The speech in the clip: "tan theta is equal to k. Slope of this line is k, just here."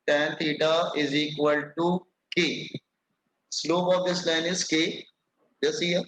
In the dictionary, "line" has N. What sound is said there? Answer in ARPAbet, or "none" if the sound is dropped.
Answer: N